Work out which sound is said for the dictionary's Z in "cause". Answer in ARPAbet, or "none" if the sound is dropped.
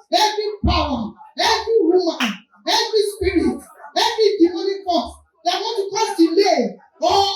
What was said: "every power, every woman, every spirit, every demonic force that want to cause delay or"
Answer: none